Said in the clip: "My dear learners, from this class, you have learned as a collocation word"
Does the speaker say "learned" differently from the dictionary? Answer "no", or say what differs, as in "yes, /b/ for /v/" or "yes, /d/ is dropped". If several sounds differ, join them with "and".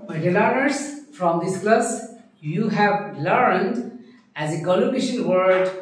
no